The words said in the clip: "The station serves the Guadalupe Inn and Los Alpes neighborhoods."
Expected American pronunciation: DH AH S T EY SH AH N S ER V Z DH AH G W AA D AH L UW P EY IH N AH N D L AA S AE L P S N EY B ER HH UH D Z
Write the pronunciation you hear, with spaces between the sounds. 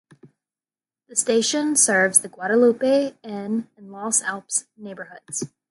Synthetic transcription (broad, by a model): DH AH S T EY SH AH N S ER V Z DH AH G W AA D AH L UW P EY IH N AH N L AA S AE L P S N EY B ER HH UH D Z